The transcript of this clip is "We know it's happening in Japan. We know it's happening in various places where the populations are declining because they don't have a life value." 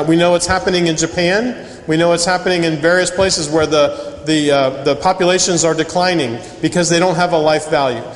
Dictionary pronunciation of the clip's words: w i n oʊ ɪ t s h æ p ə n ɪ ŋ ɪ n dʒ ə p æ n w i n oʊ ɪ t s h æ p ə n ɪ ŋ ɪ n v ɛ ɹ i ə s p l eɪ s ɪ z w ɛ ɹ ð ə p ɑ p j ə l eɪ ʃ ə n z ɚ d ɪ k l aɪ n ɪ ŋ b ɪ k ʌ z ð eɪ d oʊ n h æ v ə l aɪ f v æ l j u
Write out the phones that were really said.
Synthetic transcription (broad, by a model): w i n oʊ ɪ t s h æ p ə n ɪ ŋ ɪ n dʒ ə p æ n w i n oʊ ɪ t s h æ p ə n ɪ ŋ ɪ n v ɛ ɹ i ə s p l eɪ s ɪ z w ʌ ɹ ð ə p ɑ p j ə l eɪ ʃ ə n z ɚ d ɪ k l aɪ n ɪ ŋ b ɪ k ʌ z ð eɪ d oʊ n h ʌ v ə l aɪ f v æ l j u